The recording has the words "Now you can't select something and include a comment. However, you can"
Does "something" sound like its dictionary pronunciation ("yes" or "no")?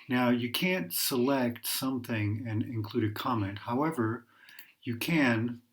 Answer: yes